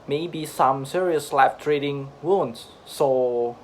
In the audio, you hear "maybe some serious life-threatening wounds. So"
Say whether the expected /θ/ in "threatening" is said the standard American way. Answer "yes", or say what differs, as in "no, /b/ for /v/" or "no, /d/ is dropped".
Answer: no, /t/ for /θ/